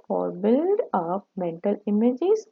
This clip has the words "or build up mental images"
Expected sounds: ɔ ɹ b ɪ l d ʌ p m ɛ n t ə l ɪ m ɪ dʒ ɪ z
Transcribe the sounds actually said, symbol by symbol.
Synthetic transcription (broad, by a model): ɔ ɹ b ɪ l d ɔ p m ɛ n t ə l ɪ m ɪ dʒ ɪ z